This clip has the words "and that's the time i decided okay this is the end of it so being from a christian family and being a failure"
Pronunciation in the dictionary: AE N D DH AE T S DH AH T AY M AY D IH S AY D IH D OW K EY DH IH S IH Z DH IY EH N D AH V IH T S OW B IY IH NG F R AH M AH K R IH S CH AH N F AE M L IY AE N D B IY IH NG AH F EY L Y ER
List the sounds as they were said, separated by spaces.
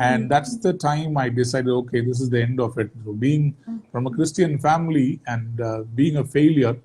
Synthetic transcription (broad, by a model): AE N D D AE T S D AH T AY M AY D IH S AY D IH D OW K EY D IH S IH Z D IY EH N D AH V IH T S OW B IY IH NG F R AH M AH K R IH S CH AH N F AE M L IY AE N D B IY IH NG AH F EY L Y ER